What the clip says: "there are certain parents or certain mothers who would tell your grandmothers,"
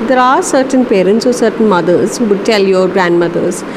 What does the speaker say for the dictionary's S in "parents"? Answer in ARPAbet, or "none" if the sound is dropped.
S